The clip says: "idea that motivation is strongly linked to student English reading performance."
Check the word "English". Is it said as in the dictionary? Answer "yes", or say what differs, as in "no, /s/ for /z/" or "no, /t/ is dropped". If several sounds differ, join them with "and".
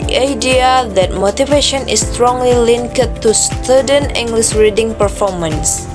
no, /s/ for /ʃ/